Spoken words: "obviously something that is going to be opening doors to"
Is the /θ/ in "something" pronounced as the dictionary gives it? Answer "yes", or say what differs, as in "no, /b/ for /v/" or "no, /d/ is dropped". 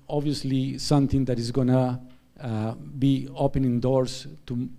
no, /t/ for /θ/